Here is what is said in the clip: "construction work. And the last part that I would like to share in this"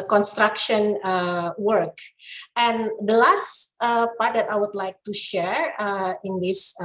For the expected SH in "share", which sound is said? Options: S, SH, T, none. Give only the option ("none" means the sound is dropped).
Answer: SH